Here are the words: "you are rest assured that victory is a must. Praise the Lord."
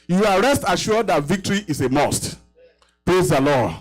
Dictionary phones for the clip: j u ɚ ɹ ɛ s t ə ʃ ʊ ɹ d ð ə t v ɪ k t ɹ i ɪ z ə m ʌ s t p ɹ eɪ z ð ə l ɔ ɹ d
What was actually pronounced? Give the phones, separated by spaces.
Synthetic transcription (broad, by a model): j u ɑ ɹ ɛ s t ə ʃ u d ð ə t v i k t ɹ i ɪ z ə m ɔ s t p ɹ eɪ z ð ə l ɔ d